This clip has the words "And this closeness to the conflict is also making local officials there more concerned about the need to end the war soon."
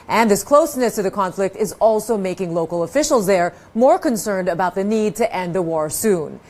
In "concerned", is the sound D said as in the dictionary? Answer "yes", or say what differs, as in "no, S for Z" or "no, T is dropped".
yes